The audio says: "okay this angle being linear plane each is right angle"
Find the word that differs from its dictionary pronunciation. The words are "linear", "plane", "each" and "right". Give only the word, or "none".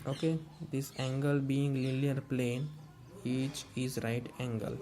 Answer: linear